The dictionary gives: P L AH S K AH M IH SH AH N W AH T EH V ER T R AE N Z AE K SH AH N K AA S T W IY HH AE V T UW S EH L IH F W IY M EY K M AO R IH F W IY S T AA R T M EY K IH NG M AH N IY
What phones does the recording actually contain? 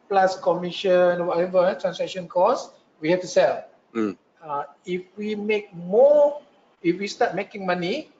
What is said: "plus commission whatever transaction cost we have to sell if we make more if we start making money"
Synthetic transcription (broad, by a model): P L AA S K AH M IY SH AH N W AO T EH V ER T R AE N S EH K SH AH N K AA S W IY HH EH F T UW S EH L IH F W IY M EY K M AO IH F W IY S T AA T M EY K IH NG M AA N IY